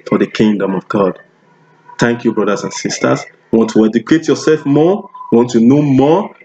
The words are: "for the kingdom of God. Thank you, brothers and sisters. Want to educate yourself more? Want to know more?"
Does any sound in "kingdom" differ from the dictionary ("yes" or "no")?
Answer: no